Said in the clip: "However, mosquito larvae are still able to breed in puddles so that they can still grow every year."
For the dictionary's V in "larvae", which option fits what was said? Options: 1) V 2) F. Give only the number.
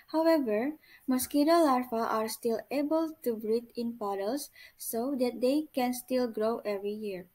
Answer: 2